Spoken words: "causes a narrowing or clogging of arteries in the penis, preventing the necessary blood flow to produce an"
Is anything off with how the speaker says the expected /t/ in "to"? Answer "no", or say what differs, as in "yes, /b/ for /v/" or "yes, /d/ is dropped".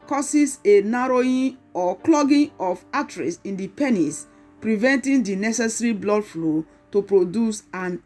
no